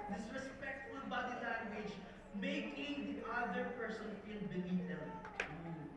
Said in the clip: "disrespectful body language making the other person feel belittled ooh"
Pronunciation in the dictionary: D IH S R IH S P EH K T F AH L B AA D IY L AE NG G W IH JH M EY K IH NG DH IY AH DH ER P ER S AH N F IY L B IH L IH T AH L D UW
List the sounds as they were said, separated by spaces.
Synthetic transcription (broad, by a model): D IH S R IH S P EH K T F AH L B AA D IY L AE NG G W IH JH M EY K IH NG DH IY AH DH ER P ER S AH N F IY N B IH N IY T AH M